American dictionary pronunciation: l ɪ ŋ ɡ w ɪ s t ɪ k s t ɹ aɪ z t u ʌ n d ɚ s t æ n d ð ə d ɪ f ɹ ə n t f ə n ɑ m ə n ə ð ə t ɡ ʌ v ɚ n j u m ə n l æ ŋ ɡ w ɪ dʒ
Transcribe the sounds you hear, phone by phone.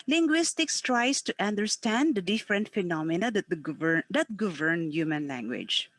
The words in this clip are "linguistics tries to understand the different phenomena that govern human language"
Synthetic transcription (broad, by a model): l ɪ ŋ ɡ w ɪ s t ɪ k s t ɹ aɪ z t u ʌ n d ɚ s t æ n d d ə d ɪ f ɹ ə n t f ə n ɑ m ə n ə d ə t ɡ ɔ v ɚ n j u m ə n l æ ŋ ɡ w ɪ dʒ